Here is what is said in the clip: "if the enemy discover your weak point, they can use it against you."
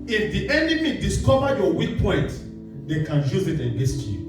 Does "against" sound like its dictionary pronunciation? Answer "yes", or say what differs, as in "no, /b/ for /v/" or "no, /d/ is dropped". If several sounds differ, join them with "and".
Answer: no, /n/ is dropped